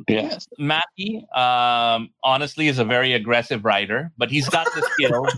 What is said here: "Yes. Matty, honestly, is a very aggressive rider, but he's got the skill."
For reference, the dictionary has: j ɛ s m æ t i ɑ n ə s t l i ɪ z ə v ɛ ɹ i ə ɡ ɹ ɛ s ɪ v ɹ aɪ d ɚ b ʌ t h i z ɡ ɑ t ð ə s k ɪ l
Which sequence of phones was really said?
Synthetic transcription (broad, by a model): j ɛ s m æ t i ɑ n ə s t l i ɪ z ə v ɛ ɹ i ə ɡ ɹ ɛ s ɪ v ɹ aɪ d ɚ b ʌ t h i z ɡ ɑ t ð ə s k ɪ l